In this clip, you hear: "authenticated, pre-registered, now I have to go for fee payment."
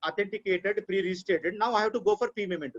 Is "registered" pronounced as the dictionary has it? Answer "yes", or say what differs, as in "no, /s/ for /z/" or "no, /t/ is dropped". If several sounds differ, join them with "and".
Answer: no, /s/ is dropped